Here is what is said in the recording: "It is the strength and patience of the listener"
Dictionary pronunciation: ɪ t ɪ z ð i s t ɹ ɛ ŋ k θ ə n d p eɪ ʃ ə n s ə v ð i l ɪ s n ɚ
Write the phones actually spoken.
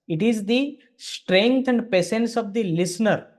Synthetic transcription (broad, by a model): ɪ t ɪ z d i s t ɹ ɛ ŋ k t ə n d p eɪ s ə n s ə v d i l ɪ s n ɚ